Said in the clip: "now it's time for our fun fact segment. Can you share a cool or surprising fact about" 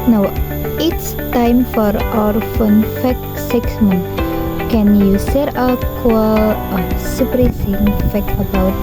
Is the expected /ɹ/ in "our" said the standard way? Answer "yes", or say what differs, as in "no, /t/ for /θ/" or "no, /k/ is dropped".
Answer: yes